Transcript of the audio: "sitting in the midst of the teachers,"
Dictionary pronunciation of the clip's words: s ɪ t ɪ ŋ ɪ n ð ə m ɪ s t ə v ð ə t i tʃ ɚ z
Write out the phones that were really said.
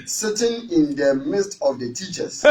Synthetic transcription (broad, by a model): s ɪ t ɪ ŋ ɪ n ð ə m ɪ s t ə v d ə t i tʃ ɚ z